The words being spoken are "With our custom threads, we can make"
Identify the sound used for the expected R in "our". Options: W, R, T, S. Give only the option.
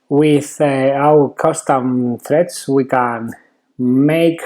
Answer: W